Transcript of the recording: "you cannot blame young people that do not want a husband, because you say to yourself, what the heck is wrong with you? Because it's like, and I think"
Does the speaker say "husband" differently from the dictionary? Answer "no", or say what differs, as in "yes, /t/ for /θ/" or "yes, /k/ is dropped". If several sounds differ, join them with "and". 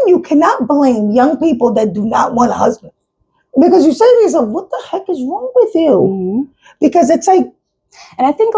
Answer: no